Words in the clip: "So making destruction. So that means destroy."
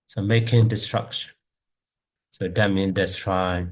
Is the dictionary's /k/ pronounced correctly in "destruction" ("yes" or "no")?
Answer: yes